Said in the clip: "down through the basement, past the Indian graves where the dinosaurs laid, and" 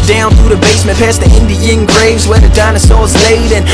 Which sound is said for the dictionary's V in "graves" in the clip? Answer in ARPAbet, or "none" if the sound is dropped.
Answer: V